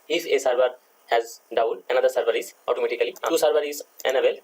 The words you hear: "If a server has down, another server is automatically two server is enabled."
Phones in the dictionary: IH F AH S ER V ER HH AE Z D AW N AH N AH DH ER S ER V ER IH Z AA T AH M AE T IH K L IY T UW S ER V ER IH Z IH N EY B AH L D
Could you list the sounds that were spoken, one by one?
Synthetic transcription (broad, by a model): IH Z AH S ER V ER HH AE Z D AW L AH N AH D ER S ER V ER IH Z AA T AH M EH T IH K L IY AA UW S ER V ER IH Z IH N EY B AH L